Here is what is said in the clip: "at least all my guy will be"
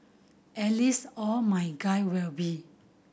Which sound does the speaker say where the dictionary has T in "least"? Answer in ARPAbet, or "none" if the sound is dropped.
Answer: none